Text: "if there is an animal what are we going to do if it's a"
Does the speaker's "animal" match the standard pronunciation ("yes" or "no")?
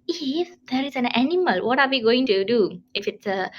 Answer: yes